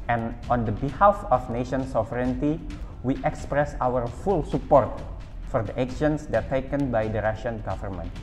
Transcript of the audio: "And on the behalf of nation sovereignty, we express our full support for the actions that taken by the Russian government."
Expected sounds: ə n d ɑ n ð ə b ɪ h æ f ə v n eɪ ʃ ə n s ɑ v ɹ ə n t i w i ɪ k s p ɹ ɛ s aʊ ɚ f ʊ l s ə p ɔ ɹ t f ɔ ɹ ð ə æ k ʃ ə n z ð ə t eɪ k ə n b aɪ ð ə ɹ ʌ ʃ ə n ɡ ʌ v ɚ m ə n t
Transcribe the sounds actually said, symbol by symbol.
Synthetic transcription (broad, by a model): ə n ɑ n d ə b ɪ h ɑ f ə f n eɪ ʃ ə n s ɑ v ɹ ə n t i w i ɪ k s p ɹ ɛ s aʊ ɚ f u l s ə p ɔ ɹ t f ɔ ɹ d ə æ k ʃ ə n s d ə t eɪ k ə n b aɪ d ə ɹ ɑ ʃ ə n ɡ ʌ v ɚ m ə n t